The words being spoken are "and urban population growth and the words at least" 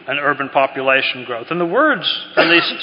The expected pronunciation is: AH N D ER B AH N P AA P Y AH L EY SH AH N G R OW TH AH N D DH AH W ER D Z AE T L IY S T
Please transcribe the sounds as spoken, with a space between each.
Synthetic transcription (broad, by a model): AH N ER B AH N P AA P Y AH L EY SH N G R OW TH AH N DH AH W ER D Z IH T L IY S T